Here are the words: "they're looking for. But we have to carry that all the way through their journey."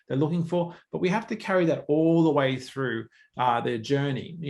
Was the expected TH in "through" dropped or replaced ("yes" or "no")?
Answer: no